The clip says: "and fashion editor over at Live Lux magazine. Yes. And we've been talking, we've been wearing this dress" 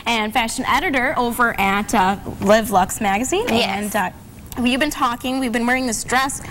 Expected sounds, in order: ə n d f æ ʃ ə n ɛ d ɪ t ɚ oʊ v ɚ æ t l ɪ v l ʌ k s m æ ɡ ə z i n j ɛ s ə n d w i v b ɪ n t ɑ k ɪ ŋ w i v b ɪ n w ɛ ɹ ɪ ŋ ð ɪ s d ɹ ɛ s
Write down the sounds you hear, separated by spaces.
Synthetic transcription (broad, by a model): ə n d f æ ʃ ə n ɛ d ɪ t ɚ oʊ v ɚ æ t l ɪ v l ʌ k s m æ ɡ ə z i n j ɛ ə n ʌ w i v b ɪ n t ɑ k ɪ ŋ w i v b ɪ n w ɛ ɹ ɪ ŋ ð ɪ s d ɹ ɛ s